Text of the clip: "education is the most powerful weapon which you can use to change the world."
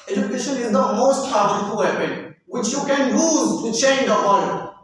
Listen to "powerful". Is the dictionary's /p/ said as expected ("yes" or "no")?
no